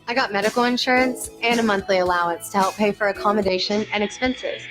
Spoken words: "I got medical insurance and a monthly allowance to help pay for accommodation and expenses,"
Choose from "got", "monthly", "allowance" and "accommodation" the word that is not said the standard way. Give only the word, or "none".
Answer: none